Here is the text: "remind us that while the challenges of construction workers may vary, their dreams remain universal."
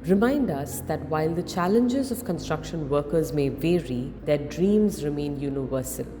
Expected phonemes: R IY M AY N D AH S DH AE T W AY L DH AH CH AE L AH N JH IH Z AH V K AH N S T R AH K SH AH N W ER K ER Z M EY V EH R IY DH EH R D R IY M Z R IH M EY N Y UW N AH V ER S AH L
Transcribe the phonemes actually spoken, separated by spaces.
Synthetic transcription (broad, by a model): R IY M AY N D AH S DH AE T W AY L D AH CH AE L AH N JH IH Z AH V K AH N S T R AH K SH AH N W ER K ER Z M EY V EH R IY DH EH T D R IY M Z R IH M EY N Y UW N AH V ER S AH L